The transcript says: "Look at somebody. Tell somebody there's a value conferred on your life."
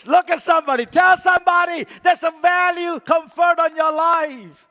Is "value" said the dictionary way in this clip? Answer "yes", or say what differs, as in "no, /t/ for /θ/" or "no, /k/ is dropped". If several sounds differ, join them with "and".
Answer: yes